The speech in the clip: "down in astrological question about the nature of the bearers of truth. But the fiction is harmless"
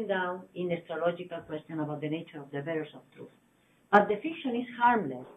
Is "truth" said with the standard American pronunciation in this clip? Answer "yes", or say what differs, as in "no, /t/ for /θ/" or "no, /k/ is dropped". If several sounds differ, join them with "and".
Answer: yes